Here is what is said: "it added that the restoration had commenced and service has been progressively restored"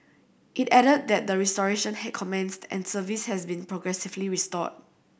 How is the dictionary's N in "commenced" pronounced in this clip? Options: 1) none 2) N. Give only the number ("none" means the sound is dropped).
2